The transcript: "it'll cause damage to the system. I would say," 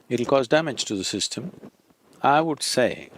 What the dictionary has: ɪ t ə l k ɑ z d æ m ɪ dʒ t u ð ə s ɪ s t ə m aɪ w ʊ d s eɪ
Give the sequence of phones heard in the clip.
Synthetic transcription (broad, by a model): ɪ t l k ɑ z d æ m ɪ dʒ t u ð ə s ɪ s t ə m aɪ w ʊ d s eɪ